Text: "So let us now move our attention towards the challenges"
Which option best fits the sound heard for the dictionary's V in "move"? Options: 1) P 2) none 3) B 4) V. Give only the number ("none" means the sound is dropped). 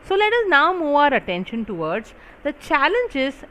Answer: 2